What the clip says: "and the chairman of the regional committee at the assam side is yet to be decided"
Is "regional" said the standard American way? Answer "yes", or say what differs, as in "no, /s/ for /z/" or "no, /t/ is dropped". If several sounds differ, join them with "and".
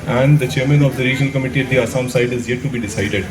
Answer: yes